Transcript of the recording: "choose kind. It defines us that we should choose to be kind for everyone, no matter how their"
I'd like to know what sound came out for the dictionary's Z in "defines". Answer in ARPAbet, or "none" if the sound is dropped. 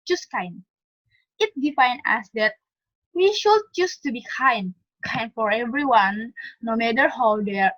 none